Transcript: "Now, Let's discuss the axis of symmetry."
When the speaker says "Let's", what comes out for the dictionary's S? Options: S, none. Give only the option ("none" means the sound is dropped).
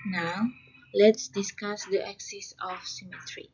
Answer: S